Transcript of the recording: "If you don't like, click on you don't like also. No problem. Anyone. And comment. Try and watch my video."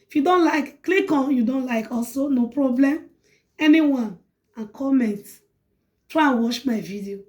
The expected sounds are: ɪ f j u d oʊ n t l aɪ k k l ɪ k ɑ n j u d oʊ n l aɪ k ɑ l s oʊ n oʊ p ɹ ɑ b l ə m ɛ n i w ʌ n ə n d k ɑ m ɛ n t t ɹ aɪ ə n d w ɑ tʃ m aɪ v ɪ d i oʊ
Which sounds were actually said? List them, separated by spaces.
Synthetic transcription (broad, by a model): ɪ f j u d oʊ n t l aɪ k k l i k ɑ n j u d oʊ n l aɪ k ɑ l s oʊ n oʊ p ɹ ɑ b l ə m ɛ n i w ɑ n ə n k ɑ m ɛ n t t ɹ aɪ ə n w ɑ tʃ m aɪ v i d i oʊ